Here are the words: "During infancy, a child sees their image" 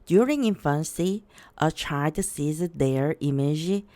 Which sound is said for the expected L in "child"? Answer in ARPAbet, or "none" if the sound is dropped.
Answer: none